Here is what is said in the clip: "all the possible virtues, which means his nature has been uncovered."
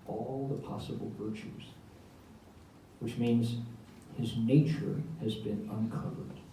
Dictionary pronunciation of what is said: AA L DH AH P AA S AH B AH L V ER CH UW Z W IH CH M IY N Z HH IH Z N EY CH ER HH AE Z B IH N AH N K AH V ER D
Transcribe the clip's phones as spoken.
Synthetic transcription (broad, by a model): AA L DH AH P AA S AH B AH L V ER CH UW Z W IH CH M IY N Z HH IH Z N EY CH ER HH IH Z B IH N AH N K AH V ER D